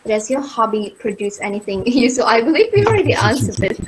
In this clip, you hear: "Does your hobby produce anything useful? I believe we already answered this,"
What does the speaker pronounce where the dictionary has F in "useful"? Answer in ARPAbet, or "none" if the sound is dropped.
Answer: none